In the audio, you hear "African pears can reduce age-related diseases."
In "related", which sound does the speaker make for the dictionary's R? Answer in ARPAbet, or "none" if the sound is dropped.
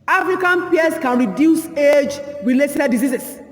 W